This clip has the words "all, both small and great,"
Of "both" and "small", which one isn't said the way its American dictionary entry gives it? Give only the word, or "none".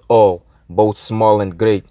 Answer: none